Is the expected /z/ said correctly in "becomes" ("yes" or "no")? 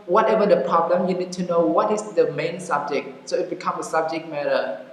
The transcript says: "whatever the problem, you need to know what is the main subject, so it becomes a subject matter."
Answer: no